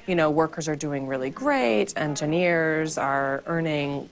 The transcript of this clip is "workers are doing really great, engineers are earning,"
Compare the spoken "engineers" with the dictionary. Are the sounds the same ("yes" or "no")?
yes